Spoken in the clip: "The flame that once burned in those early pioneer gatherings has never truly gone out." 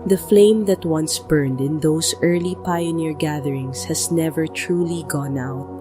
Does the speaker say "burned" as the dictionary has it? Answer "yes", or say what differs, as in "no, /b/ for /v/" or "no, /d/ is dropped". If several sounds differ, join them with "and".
yes